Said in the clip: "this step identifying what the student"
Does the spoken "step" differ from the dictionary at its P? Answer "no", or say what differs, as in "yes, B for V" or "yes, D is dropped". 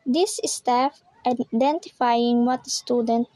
yes, F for P